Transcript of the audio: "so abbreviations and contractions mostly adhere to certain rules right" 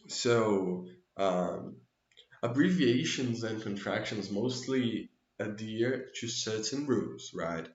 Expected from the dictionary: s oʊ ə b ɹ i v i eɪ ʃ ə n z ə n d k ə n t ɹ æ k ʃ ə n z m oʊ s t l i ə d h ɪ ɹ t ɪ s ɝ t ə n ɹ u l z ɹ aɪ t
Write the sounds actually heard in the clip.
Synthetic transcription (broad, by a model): s oʊ ə b ɹ i v i eɪ ʃ ə n z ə n k ə n t ɹ æ k ʃ ə n z m oʊ s t l i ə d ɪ ɹ t ɪ s ɝ t ə n ɹ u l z ɹ aɪ t